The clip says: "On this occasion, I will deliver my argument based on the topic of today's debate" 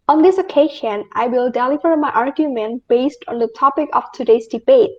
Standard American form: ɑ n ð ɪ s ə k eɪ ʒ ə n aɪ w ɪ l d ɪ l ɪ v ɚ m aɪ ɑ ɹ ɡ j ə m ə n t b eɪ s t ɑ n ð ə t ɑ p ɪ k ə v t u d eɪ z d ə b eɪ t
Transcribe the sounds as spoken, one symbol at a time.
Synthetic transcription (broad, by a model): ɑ n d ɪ s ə k eɪ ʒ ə n aɪ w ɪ l d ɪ l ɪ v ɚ m aɪ ɑ ɹ ɡ j ə m ə n t b eɪ s t ɑ n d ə t ɑ p ɪ k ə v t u d eɪ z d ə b eɪ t